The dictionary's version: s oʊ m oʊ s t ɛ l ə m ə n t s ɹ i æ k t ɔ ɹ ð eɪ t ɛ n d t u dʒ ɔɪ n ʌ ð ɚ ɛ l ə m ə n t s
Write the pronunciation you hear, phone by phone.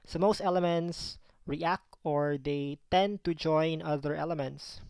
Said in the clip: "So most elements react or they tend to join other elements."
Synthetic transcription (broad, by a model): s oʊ m oʊ s t ɛ l ə m ə n t s ɹ i æ k t ɔ ɹ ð eɪ t ɛ n d t u dʒ ɔɪ n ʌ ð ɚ ɛ l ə m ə n t s